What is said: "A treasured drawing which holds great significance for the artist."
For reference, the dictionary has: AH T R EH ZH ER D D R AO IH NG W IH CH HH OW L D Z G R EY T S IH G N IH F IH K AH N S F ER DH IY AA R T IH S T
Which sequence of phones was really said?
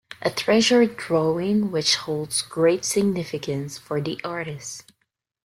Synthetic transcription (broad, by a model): AH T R EH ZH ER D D R AO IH NG W IH CH HH OW L D Z G R EY T S IH G N IH F IH K AH N S F ER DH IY AA R T IH S T